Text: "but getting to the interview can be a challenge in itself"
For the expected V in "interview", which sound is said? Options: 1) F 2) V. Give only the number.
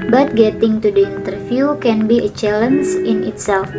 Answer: 1